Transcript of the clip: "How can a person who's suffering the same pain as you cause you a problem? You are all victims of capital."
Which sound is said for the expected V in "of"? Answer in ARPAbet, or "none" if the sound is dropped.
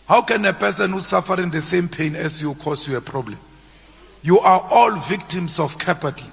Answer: F